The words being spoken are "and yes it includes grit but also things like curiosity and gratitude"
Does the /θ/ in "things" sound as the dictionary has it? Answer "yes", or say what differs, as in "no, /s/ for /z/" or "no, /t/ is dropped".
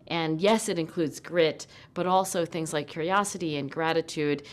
yes